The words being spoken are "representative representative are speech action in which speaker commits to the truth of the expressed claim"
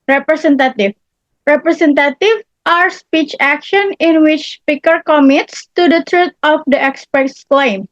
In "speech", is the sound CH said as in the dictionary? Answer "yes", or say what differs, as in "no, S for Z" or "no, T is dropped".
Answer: yes